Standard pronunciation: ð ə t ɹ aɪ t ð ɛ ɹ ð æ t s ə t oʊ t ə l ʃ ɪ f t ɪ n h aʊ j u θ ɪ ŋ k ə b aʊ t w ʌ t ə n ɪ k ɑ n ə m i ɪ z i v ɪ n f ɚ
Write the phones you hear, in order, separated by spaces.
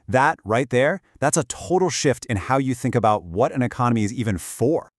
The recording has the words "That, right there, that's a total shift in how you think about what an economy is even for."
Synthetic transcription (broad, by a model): ð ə t ɹ aɪ t ð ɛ ɹ ð æ t s ə t oʊ t l ʃ ɪ f t ɪ n h aʊ j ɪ θ ɪ ŋ k ə b aʊ t w ʌ t ə n ɪ k ɑ n ə m i ɪ z i v ɪ n f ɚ